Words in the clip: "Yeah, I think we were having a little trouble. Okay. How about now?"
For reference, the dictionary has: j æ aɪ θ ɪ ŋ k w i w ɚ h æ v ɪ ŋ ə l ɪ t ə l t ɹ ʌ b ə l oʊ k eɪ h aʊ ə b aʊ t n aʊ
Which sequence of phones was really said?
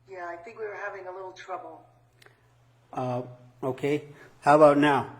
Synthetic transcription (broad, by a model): j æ aɪ θ ɪ ŋ k w i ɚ h æ v ɪ ŋ ə l ɪ t l t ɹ ʌ b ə oʊ k eɪ h aʊ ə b aʊ t n aʊ